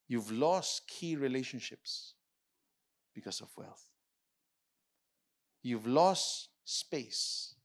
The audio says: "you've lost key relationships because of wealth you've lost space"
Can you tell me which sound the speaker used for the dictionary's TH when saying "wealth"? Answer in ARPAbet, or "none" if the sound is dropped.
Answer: TH